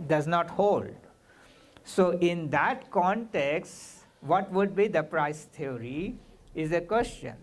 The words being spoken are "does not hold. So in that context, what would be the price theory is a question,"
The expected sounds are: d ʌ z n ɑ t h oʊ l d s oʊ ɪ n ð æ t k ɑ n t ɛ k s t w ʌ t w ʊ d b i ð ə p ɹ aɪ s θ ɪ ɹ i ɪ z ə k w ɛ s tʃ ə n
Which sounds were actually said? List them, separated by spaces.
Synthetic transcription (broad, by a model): d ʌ z n ɑ t h oʊ l d s oʊ ɪ n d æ t k ɑ n t ɛ k s t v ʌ t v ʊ d b i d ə p ɹ aɪ s t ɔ ɹ i ɪ z ə k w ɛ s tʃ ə n